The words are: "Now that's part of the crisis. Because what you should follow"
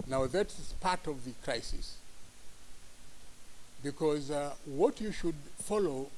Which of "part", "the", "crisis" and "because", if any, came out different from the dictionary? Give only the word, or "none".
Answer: none